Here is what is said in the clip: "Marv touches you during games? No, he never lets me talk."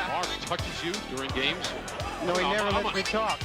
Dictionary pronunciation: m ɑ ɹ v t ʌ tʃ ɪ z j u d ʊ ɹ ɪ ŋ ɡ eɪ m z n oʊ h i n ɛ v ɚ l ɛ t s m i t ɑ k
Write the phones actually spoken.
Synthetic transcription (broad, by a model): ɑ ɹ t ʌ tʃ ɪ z j u d ʊ ɹ ɪ ŋ ɡ eɪ m z n oʊ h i n ɛ v ɚ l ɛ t m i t ɑ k